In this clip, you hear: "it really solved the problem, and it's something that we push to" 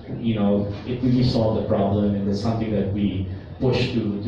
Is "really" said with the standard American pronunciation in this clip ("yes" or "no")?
no